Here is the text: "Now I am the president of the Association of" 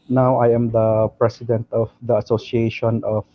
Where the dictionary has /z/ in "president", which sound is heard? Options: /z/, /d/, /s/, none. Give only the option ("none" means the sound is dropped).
/s/